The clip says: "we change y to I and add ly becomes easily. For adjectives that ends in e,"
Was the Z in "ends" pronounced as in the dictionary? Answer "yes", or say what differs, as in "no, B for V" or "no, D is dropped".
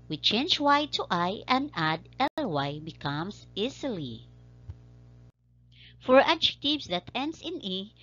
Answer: no, S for Z